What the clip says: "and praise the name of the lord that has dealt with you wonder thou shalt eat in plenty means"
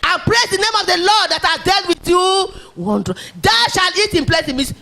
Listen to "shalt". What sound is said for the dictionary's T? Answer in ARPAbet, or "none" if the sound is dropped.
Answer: none